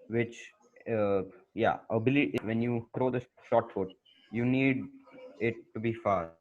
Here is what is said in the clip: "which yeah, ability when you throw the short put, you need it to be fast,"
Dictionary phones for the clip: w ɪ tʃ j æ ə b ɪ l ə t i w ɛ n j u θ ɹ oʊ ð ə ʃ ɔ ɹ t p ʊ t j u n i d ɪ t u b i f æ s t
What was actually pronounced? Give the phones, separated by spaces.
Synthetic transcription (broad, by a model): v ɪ tʃ j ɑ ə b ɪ l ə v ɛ n j u t ɹ oʊ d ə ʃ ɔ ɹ t f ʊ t j u n i d ɪ t u b i f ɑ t